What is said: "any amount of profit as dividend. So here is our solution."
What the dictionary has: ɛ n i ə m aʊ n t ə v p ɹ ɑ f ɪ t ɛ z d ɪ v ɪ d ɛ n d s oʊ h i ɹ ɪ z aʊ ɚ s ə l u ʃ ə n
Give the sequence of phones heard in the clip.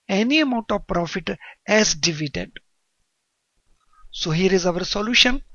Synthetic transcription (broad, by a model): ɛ n i ə m aʊ n t ə v p ɹ ɑ f ɪ t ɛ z d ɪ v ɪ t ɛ d s oʊ h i ɹ ɪ z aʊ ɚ s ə l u ʃ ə n